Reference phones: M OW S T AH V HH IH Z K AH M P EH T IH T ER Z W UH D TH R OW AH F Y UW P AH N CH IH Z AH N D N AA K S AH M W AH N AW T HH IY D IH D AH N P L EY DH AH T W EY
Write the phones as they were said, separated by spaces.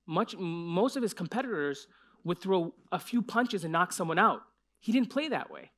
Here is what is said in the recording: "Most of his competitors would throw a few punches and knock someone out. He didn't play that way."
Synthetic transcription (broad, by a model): M OW S T AH V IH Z K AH M P EH T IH T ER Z W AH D TH R OW AH F Y UW P AH N CH IH Z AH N N AA K S AH M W AH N AW T HH IY D IH D N P L EY DH AH T W EY